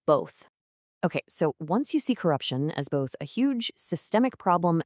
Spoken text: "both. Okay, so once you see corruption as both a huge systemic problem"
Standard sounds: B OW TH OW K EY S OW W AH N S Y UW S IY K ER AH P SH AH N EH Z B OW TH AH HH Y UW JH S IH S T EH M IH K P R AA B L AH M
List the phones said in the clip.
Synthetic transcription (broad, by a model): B OW TH OW K EY S OW W AH N S Y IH S IY K ER AH P SH AH N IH Z B OW TH AH HH Y UW JH S IH S T EH M IH K P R AA B L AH M